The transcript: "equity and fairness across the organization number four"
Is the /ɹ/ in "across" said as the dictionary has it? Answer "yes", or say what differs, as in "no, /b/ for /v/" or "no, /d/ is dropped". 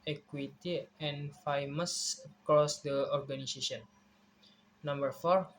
yes